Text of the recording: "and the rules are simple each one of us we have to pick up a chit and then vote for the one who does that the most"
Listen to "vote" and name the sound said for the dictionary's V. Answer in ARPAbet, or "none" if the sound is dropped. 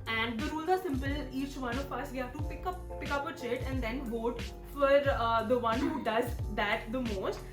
V